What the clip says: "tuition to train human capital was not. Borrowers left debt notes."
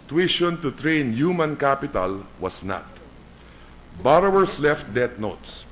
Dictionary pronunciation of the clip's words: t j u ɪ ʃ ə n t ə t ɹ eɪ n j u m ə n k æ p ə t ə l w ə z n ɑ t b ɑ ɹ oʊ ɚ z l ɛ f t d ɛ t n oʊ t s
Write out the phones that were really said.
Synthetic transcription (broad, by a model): t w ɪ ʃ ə n t ə t ɹ eɪ n j u m ə n k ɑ p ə t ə l w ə s n ɑ t b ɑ ɹ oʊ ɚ s l ɛ f t d ɛ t n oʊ t s